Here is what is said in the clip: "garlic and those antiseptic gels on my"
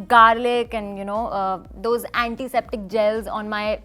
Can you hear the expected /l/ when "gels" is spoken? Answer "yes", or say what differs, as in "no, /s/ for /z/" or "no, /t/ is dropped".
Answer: yes